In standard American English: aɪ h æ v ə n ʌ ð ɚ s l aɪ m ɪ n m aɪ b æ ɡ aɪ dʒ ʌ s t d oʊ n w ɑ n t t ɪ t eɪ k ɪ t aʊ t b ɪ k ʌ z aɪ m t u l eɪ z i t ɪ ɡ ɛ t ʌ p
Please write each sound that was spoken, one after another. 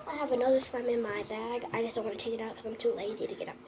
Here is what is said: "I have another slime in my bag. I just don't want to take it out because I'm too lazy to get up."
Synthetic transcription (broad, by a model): aɪ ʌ v ə n ʌ ð ɚ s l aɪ m ɪ n m aɪ b æ ɡ aɪ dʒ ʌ s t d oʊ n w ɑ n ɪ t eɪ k ɪ t aʊ t k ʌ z aɪ m t u l eɪ z i t ɪ ɡ ɛ t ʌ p